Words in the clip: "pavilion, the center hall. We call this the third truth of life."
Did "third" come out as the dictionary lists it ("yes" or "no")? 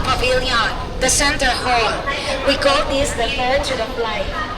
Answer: no